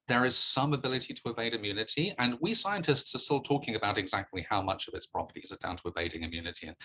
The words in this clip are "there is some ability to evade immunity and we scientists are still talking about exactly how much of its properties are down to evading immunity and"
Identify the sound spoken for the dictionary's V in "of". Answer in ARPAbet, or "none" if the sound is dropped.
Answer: V